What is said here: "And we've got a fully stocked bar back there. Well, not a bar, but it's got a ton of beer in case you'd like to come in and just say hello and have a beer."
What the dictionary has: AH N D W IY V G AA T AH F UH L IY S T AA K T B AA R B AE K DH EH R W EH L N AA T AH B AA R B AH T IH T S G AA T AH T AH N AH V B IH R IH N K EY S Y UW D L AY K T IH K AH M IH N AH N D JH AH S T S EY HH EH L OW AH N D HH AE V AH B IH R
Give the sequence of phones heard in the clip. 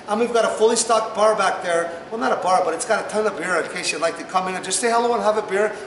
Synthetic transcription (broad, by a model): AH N W IY V G AA T AH F UH L IY S T AA K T B AA R B AE K DH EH R W EH L N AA T AH B AA R B AH T IH T S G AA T AH T AH N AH B IH R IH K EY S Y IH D L AY K T IH K AH M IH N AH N JH AH S T S EY HH EH L OW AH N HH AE V AH B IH R